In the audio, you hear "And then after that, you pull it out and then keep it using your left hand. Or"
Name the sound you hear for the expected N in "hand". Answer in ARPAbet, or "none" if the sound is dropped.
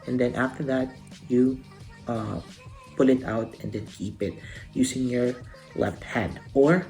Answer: none